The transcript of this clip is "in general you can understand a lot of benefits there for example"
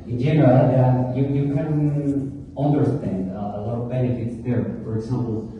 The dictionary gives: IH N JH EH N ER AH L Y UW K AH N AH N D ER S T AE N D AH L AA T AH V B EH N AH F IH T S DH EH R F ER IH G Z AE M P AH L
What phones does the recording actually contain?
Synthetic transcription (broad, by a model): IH N JH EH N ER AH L Y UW K AH N AH N D ER S T AE N D AH L AA T AH V B EH N AH F IH T S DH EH R F ER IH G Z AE M P L